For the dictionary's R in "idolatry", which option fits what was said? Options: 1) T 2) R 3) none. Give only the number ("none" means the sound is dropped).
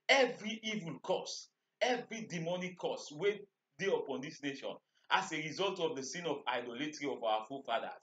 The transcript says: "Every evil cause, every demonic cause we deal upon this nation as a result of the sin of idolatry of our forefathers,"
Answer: 2